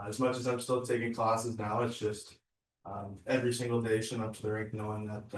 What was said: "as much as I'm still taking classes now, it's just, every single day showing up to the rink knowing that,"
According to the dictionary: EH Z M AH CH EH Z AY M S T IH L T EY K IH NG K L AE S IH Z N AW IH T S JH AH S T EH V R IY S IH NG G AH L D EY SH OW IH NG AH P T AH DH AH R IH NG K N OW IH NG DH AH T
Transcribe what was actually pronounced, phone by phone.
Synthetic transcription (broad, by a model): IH Z M AH CH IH Z AY M S T IH L T EY K IH NG K L AE S IH Z N AW IH T S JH AH S T EH V R IY S IH NG G L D EY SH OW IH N AH P T AH DH AH R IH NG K N OW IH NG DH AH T